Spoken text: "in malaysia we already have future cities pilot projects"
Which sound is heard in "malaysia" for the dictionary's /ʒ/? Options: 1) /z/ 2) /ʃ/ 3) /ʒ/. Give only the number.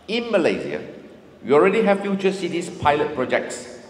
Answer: 1